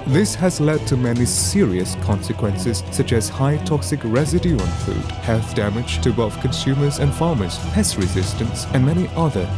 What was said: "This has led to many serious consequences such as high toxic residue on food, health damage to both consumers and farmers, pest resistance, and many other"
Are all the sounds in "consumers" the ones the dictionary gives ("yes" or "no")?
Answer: yes